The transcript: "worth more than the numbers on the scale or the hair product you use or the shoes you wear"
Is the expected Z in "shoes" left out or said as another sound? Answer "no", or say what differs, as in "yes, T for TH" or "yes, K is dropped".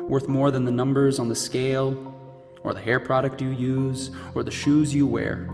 no